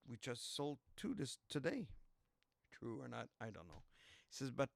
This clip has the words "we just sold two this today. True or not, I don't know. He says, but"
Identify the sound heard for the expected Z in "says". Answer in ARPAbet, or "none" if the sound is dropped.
Z